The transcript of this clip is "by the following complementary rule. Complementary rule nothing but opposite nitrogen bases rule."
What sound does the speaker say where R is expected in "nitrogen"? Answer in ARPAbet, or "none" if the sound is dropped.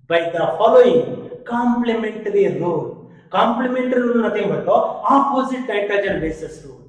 none